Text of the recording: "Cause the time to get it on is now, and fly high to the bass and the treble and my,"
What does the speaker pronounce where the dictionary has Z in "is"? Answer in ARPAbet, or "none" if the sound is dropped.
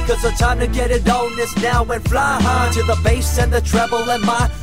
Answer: S